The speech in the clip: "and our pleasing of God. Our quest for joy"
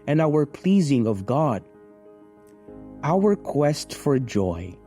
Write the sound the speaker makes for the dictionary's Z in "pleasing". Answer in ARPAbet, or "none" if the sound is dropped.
Z